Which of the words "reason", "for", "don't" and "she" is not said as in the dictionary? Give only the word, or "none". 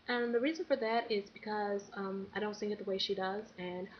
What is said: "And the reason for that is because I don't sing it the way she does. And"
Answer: none